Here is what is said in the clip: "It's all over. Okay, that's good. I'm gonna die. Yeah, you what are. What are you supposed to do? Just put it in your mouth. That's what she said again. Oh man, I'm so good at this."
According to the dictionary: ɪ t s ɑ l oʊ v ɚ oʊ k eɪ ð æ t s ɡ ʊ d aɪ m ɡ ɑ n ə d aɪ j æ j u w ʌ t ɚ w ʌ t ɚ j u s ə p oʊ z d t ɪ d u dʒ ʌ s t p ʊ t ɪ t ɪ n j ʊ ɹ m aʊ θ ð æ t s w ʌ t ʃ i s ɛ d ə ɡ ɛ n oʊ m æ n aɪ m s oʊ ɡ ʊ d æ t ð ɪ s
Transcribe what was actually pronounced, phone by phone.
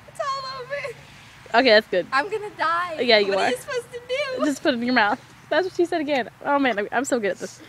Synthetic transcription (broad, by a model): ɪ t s ɑ l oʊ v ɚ oʊ k eɪ ð æ t s ɡ ʊ d aɪ m ɡ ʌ n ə d aɪ j æ j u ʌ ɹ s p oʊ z t ɪ d u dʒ ʌ s p ʊ t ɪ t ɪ j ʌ ɹ m aʊ θ ð æ t s w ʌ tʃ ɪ s ɛ d ə ɡ ɛ n oʊ m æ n aɪ m s oʊ ɡ ʊ d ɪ t ð ɪ s